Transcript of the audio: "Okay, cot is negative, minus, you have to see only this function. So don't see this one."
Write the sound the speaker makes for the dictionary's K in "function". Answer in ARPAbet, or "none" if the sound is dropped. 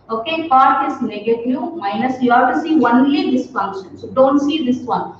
K